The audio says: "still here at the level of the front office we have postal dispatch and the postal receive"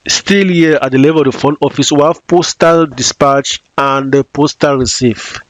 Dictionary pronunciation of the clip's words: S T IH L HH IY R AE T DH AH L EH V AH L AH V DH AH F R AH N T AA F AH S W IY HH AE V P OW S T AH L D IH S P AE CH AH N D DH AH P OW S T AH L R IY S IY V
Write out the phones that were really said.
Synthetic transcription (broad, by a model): S T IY L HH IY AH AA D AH L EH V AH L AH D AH F AO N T AA F AH S W IY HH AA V P OW S T AH L D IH S P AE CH AH N D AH P OW S T AH L R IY S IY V